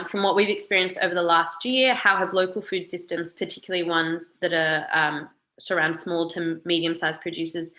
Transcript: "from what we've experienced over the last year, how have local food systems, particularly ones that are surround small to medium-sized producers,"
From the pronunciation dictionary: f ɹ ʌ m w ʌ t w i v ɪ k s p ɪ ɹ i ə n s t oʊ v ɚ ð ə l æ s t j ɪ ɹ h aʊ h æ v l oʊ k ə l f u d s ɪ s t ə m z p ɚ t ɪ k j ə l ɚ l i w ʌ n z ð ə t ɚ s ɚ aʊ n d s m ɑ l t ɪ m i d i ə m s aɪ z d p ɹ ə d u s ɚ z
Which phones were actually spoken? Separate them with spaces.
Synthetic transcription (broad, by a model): f ɹ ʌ m w ʌ t w i v ɪ k s p ɪ ɹ i ə n s t oʊ v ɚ ð ə l æ s t j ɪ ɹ h aʊ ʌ v l oʊ k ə l f u d s ɪ s t ə m z p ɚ t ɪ k j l l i w ʌ n z ð ə t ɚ s ɚ aʊ n d s m ɑ l t ɪ m i d i ə m s aɪ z p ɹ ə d u s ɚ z